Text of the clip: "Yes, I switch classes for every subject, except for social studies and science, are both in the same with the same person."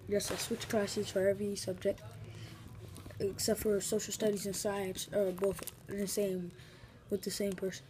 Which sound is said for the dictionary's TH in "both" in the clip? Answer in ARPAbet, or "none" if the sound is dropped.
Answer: TH